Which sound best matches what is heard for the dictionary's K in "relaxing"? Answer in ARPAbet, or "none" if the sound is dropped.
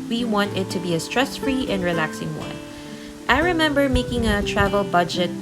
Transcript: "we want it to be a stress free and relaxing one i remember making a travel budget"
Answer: K